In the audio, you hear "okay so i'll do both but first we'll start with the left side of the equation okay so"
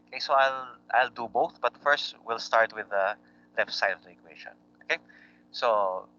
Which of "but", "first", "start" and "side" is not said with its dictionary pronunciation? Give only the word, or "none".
side